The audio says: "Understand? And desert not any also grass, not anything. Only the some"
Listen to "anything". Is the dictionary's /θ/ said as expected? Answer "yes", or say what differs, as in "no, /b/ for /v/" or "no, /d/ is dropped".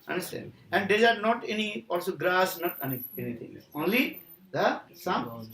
no, /t/ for /θ/